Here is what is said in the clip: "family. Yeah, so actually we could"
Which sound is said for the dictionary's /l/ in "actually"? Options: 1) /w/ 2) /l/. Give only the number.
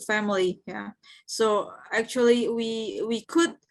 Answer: 1